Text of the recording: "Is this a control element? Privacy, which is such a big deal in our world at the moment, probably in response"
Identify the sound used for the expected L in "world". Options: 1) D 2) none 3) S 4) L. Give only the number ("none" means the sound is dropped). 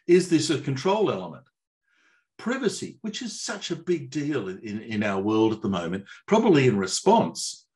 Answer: 4